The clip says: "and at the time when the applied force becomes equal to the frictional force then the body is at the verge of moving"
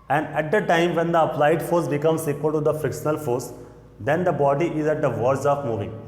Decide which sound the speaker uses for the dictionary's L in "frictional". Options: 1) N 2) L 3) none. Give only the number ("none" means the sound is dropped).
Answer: 2